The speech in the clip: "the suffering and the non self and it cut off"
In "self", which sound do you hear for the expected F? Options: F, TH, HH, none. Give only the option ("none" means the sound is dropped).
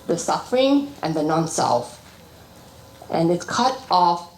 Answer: F